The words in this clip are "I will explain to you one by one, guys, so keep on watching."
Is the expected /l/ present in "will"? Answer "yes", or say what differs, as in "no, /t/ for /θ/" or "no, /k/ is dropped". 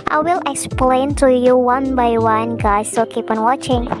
yes